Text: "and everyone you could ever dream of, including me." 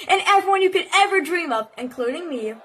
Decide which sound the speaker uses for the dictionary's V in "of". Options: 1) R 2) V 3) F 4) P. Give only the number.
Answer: 4